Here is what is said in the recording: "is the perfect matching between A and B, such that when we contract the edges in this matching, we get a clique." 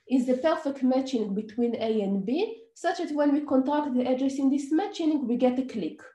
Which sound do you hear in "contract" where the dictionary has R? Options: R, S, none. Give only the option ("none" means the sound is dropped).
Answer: none